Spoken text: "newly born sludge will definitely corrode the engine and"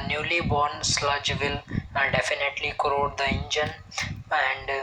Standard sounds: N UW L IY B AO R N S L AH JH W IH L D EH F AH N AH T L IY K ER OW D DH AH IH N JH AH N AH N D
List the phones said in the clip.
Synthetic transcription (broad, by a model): N UW L IY B AO R N S L AH JH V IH L D EH F AH N AH T L IY K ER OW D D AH IH N JH AH N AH N D